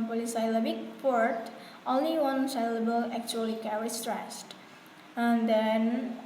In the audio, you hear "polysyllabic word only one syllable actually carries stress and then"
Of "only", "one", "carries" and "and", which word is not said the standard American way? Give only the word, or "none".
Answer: carries